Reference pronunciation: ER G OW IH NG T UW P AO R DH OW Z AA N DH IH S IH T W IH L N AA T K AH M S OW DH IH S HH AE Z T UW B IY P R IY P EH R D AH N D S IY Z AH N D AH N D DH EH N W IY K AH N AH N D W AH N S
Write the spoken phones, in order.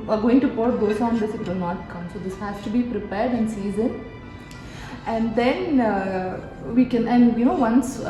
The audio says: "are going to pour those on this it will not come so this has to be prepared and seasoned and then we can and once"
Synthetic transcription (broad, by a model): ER G OW IH NG T UW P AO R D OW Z AA N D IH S IH T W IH L N AA T K AH M S OW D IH S HH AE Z T UW B IY P R IY P EH R D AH N S IY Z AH N AH N D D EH N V IY K AH N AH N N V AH N S